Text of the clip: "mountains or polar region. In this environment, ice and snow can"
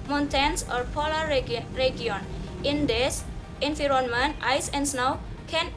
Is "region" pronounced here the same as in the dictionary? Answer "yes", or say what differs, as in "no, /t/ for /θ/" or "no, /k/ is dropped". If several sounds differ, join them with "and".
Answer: no, /dʒ/ is dropped